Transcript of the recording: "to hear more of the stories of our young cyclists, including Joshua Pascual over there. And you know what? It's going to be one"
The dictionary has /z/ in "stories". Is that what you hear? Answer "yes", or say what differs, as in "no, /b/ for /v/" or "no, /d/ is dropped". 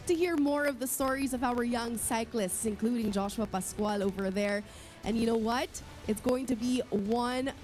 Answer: yes